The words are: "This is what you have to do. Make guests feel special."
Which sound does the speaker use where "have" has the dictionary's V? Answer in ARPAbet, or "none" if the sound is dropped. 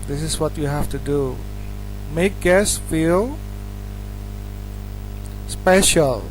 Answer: F